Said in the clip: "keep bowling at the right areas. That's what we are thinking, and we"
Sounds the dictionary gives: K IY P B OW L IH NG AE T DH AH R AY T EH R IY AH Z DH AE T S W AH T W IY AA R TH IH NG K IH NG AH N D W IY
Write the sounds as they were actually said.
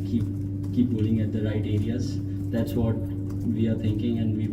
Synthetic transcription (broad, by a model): K IY P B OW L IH NG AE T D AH R AY T EH R IY AH Z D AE T S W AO T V IY AA R T IH NG K IH NG AH N D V IY